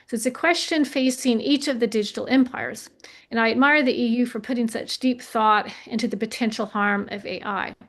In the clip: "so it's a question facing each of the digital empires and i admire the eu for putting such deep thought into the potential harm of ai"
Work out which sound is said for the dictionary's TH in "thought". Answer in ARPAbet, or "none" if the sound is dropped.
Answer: TH